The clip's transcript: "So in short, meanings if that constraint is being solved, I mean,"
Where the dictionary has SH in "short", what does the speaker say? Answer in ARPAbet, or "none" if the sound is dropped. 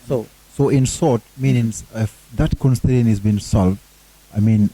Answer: S